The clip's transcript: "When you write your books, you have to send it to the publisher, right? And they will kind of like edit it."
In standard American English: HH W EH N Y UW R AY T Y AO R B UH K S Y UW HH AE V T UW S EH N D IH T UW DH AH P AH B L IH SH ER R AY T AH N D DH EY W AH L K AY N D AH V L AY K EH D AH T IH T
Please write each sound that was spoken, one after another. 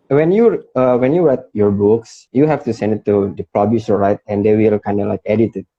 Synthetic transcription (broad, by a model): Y W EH N Y UW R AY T Y AO R B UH K S Y UW HH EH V T UW S EH N D IH T UW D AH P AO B IH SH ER R AY T AH N D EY W AH L K AY N D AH L AY K EH D AH T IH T